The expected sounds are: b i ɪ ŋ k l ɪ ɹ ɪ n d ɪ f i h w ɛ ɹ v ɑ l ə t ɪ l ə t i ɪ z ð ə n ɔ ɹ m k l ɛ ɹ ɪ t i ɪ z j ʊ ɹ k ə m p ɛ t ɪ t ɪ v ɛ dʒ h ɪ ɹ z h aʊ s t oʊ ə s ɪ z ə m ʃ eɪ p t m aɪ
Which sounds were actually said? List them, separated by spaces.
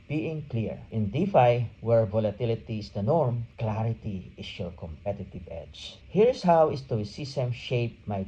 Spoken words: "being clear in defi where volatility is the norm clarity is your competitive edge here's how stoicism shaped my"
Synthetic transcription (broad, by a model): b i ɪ ŋ k l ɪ ɹ ɪ n d ɪ f i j w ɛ ɹ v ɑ l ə t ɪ l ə t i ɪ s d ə n ɔ ɹ m k l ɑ ɹ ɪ t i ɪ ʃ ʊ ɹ k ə m p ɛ t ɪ t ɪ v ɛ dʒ h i ɹ s h aʊ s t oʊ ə s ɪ s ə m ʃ eɪ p m aɪ